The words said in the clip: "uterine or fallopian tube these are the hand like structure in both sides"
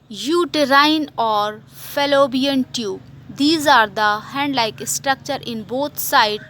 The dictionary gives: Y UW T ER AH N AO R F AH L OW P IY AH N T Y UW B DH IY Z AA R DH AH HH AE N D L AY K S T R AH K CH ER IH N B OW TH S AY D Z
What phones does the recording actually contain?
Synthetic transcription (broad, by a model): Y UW T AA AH N AO R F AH L OW B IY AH N T Y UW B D IY Z AA R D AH HH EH N D L AY K S T R AH K CH ER IH N B OW T S AY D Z